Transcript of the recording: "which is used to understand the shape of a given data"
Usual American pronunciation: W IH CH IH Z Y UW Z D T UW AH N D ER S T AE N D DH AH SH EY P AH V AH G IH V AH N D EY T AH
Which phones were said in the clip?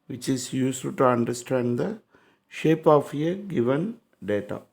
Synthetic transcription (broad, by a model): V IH CH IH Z Y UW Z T T UW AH N D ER S T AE N D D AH SH EY P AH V AH G IH V AH N D EY T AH